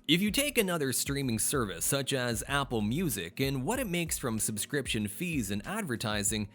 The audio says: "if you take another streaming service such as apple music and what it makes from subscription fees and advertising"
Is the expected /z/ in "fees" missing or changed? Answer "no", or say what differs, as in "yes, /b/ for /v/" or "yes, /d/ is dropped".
no